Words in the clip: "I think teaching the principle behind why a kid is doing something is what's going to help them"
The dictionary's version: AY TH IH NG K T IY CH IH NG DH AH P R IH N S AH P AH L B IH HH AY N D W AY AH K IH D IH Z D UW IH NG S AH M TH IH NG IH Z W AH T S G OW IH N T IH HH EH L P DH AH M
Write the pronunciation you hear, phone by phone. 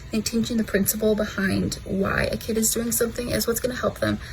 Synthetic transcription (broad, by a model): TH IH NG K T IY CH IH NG DH AH P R IH N S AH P L B IH HH AY N D W AY AH K IH D IH Z D UW IH NG S AH M TH IH NG IH Z W AH T S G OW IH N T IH HH EH L P DH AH M